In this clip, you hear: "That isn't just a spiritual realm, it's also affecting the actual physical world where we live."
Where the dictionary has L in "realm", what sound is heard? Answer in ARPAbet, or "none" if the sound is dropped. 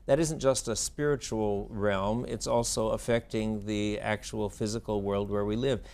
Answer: L